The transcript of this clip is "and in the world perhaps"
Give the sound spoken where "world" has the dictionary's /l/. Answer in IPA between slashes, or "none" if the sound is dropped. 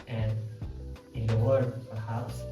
none